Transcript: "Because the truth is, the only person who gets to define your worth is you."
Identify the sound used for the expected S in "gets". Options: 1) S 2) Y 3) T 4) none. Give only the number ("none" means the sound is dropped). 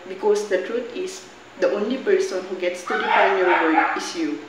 1